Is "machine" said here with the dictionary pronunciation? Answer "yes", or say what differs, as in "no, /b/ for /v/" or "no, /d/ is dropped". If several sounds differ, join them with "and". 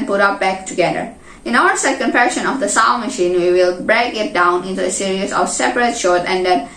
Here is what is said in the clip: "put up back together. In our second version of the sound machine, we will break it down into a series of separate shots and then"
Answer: yes